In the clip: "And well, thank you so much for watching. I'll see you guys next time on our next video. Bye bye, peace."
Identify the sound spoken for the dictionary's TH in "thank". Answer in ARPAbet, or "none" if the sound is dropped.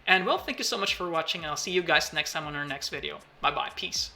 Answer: TH